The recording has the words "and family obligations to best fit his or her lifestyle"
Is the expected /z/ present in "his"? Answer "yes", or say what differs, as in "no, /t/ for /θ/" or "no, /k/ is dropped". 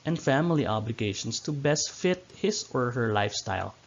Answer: no, /s/ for /z/